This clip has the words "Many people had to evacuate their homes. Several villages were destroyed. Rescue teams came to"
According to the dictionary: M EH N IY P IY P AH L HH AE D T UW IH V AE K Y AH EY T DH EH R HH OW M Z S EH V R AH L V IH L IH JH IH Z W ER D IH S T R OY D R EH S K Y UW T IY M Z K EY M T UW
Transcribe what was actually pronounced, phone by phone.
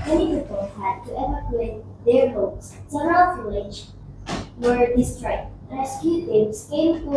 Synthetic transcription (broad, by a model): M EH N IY P IY P AH L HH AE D T UW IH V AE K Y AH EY T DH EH R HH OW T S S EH R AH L F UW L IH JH W ER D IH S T R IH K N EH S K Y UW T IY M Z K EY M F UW